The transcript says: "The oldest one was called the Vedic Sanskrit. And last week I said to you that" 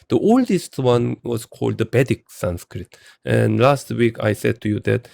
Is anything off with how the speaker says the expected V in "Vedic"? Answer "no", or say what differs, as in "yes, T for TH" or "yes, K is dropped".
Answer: yes, B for V